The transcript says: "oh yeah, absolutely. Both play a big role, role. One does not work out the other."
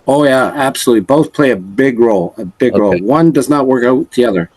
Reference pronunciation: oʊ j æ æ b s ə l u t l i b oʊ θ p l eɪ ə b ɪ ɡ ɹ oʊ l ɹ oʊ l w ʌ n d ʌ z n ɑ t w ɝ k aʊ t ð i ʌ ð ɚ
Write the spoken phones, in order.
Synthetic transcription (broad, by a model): oʊ j æ æ b s ə l u t l i b oʊ θ p l eɪ ə b ɪ ɡ ɹ oʊ l ɹ oʊ l w ʌ n d ʌ z n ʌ t w ɝ k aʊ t ð i ʌ ð ɚ